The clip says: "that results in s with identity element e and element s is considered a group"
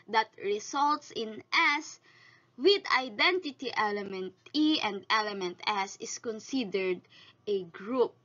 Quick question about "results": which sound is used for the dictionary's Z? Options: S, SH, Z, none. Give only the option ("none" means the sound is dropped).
S